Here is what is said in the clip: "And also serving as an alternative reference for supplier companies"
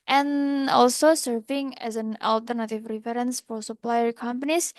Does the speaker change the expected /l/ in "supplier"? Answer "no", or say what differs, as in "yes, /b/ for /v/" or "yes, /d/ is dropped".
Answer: no